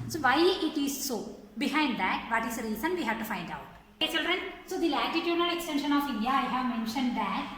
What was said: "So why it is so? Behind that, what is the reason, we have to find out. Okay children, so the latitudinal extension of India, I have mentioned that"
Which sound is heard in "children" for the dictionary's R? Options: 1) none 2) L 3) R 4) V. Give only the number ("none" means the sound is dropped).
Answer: 3